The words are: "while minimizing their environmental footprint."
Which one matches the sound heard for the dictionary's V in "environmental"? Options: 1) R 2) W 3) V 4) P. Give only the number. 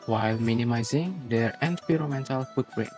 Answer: 4